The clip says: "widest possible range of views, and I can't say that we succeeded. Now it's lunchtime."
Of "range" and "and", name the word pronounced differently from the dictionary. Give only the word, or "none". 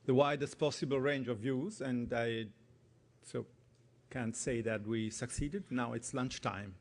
none